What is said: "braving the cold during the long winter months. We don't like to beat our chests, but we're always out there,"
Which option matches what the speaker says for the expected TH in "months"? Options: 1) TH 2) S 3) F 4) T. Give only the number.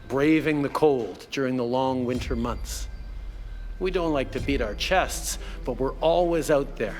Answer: 1